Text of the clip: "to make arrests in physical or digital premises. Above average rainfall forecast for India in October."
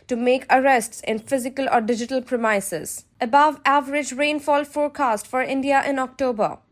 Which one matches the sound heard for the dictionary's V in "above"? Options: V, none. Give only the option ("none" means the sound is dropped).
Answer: V